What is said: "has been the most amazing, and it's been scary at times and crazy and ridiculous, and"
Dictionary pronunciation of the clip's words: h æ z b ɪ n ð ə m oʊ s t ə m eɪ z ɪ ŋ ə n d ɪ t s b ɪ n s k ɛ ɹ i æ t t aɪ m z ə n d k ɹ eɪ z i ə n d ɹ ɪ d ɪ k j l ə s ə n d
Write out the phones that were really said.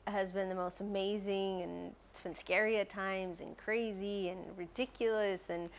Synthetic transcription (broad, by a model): h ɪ z b ɪ n ð ə m oʊ s t ə m eɪ z ɪ ŋ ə n s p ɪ n s k ɛ ɹ i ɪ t t aɪ m z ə n k ɹ eɪ z i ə n ɹ ɪ d ɪ k j l ə s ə n